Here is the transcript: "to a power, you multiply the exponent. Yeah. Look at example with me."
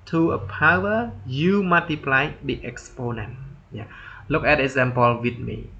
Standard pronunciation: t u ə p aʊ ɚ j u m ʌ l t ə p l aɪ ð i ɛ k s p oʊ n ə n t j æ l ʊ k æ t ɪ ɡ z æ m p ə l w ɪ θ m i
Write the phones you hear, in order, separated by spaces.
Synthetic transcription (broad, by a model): t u ə p aʊ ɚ j u m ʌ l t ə p l aɪ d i ɛ k s p oʊ n ə n t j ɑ l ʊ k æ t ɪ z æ m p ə l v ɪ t m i